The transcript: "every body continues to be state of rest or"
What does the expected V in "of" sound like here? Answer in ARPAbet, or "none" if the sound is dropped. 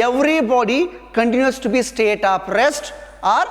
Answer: P